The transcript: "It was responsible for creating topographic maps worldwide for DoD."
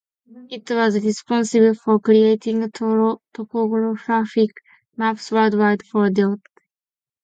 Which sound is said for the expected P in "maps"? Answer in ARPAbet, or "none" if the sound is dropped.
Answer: F